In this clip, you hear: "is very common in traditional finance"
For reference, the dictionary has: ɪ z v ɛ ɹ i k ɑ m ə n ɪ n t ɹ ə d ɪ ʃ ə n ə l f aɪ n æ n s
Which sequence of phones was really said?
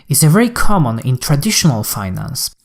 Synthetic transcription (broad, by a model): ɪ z v ɛ ɹ i k ɑ m ə n ɪ n t ɹ ə d ɪ ʃ ə n ə l f aɪ n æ n s